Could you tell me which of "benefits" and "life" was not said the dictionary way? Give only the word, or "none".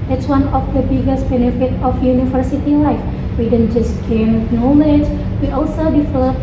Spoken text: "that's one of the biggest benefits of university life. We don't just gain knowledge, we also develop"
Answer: benefits